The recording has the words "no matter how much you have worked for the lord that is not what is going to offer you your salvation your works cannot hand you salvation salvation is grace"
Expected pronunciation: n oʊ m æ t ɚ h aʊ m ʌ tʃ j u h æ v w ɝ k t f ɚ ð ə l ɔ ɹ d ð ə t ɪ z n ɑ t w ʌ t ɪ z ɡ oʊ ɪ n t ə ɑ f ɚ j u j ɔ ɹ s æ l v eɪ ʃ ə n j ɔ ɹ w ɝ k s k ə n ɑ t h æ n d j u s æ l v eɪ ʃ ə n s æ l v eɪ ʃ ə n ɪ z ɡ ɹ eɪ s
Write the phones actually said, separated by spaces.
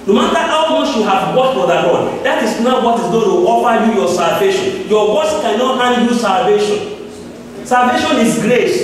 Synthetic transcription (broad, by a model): n oʊ m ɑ t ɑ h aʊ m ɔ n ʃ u h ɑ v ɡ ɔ t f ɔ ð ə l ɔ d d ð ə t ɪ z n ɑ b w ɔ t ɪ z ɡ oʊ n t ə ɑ f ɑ j u j ɔ s æ l v eɪ ʃ ə n j ɔ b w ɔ s k ə n ɑ t h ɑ n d j u s æ l v eɪ ʃ ə n s æ l v eɪ ʃ ə n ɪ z ɡ ɹ eɪ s